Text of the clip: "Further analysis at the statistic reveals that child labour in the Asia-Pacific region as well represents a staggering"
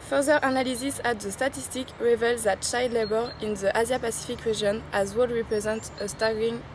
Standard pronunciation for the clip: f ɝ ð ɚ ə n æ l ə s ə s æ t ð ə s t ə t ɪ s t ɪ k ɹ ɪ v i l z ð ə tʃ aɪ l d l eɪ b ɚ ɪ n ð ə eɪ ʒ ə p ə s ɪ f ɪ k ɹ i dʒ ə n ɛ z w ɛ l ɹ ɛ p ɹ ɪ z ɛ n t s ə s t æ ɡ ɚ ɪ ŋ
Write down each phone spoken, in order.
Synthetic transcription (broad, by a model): f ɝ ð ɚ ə n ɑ l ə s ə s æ t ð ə s t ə t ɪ s t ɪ k ɹ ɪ v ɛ l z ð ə tʃ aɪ d l eɪ b ɚ ɪ n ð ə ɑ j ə p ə s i f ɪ k ɹ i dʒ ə n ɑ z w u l ɹ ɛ p ɹ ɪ z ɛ n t ə s t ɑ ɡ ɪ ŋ